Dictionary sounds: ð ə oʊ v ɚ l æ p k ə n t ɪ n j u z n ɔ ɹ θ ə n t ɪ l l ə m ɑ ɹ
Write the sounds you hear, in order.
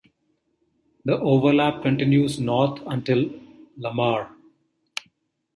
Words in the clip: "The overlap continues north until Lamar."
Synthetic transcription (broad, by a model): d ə oʊ v ɚ l æ p k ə n t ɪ n j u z n ɔ ɹ t ə n t ɪ l l ə m ɑ ɹ